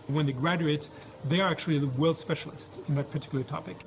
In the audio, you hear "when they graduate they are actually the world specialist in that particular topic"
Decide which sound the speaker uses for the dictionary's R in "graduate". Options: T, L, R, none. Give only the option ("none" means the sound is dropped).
R